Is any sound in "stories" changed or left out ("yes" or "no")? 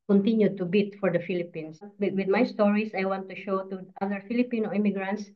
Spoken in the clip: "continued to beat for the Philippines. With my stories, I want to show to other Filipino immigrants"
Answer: yes